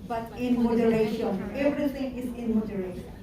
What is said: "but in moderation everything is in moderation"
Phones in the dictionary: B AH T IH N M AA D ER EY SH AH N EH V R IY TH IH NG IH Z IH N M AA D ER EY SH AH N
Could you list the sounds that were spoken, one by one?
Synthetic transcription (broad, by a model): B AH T IH N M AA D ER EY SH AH N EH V R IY T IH NG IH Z IH N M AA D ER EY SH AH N